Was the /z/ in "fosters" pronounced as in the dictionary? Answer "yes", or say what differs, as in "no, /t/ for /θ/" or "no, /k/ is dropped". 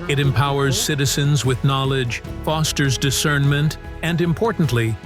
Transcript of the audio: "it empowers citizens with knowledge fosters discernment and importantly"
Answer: yes